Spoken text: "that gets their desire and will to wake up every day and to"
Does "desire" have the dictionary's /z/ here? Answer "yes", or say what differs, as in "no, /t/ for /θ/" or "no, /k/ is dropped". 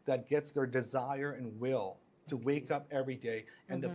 yes